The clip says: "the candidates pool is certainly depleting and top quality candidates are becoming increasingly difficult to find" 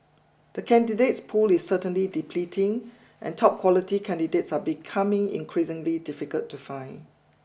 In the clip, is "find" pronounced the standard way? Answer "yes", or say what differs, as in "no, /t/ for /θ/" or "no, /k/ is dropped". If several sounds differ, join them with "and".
no, /d/ is dropped